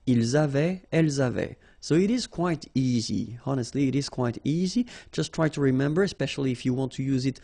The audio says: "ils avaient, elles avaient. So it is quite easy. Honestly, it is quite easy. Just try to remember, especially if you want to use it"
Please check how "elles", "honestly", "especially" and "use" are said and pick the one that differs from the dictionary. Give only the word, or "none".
none